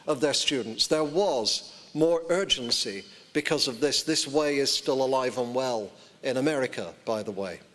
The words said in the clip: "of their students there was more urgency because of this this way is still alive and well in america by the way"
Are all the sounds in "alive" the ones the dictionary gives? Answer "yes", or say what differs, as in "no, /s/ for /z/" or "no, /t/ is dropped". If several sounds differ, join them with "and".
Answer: yes